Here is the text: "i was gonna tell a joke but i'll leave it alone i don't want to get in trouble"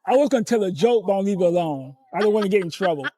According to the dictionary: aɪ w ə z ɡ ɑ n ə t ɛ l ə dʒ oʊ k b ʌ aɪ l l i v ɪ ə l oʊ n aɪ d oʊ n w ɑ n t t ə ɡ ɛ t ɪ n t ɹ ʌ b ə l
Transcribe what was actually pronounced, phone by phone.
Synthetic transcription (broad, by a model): aɪ w ə z ɡ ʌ n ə t ɛ l ə dʒ oʊ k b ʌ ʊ n l i v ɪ ə l oʊ n aɪ d oʊ n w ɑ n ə ɡ ɛ t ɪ n t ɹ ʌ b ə l